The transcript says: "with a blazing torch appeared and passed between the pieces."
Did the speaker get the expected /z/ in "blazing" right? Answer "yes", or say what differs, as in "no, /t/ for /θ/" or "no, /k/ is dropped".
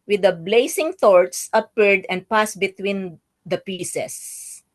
no, /s/ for /z/